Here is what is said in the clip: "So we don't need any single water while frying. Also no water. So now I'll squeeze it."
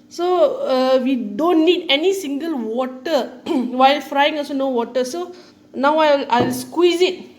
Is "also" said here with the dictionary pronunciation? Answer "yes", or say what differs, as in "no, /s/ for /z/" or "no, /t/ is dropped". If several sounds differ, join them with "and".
no, /l/ is dropped